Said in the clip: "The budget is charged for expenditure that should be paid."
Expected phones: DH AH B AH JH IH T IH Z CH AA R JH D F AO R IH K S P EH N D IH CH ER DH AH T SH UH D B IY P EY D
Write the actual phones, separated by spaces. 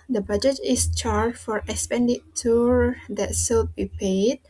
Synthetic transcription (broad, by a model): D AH B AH JH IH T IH S CH AA R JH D F AO R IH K S P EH N D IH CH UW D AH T S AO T B IY P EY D